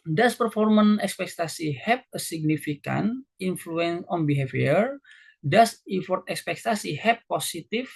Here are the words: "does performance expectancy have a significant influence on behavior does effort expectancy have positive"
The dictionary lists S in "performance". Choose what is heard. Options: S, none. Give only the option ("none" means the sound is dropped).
none